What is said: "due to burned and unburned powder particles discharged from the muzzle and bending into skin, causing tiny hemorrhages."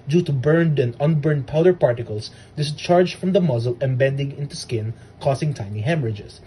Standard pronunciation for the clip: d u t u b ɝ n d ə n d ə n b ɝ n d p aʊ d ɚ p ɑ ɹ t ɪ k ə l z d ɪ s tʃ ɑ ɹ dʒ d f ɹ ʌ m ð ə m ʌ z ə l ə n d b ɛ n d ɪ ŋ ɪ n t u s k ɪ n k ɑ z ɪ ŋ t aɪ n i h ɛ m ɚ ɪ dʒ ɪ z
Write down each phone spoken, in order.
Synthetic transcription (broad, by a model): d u t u b ɝ n d ə n d ə n b ɝ n d p aʊ d ɚ p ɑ ɹ t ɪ k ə l s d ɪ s tʃ ɑ ɹ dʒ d f ɹ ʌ m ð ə m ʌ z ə l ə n b ɛ n d ɪ ŋ ɪ n t u s k ɪ n k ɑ s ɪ ŋ t aɪ n i h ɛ m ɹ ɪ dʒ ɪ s